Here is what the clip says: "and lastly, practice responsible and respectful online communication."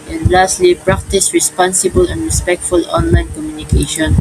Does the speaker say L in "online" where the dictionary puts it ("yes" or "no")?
yes